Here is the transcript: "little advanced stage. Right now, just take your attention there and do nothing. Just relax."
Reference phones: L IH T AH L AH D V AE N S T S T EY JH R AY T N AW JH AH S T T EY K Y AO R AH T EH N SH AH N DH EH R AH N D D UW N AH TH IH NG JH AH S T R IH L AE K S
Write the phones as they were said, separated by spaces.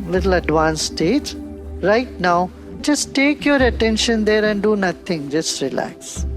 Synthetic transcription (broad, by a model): L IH T L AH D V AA N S S T EY JH R AY T N AW JH AH S T T EY K Y AO R AH T EH N SH AH N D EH R AH N D D UW N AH T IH NG JH AH S T R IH L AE K S